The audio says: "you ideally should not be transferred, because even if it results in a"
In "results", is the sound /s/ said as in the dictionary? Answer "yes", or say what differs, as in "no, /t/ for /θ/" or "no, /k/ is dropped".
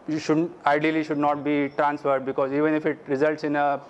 yes